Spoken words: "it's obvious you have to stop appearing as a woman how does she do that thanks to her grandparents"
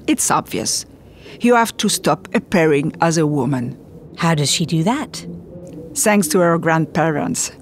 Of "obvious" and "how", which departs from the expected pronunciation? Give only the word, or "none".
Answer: none